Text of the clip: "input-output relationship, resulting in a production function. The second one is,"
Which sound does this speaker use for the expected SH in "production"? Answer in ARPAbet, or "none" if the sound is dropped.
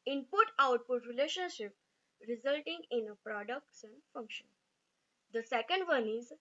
S